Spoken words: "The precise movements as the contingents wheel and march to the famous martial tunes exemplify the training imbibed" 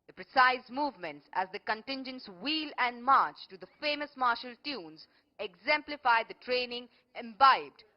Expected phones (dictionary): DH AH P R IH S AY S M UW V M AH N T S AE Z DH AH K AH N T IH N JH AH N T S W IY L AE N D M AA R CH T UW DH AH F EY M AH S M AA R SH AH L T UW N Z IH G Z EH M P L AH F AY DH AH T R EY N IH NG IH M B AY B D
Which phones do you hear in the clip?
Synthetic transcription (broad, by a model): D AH P R IH S AY S M UW V M AH N T S AE Z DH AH K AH N T IH N JH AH N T S W IY L AE N D M AA R CH T UW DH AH F EY M AH S M AA R SH AH L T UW N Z IH G Z EH M P L AH F AY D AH T R EY N IH NG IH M B AY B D